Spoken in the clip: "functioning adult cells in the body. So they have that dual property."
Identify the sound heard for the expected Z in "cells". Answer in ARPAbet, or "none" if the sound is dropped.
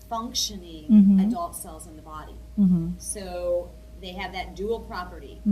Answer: Z